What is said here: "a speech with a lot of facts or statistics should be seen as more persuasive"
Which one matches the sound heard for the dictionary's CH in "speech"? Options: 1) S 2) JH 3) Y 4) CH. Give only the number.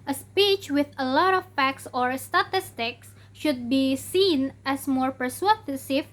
4